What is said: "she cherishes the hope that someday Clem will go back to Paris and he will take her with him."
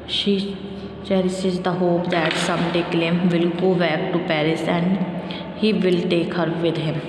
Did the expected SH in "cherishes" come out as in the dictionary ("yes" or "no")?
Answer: no